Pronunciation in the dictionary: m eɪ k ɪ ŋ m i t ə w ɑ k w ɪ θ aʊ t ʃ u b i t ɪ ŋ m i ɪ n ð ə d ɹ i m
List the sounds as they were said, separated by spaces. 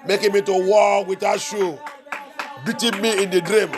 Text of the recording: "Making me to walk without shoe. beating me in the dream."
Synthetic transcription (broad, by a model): m eɪ k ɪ m i t ə w ɑ k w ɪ t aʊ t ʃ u b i t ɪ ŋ m i ɪ n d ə d ɹ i m